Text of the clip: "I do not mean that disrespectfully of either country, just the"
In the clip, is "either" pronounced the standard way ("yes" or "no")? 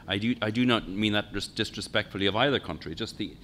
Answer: yes